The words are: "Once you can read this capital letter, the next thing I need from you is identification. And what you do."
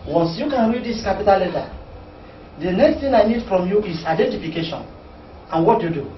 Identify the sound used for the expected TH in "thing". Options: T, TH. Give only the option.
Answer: T